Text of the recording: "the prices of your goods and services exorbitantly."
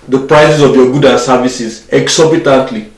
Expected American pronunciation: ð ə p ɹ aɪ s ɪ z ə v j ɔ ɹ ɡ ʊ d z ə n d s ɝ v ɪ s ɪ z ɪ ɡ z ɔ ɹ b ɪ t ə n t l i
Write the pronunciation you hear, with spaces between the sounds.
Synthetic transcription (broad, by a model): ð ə p ɹ aɪ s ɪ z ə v j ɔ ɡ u d ə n s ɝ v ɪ s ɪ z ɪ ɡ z ɔ b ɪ t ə n t l i